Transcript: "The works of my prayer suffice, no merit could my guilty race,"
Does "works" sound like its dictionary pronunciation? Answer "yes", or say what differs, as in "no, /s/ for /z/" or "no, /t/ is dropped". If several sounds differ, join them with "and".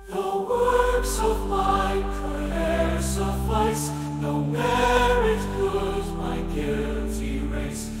yes